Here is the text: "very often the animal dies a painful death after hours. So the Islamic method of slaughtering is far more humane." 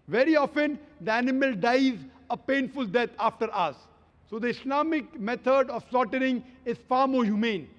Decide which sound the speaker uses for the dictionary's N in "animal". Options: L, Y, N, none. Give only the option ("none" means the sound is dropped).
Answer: N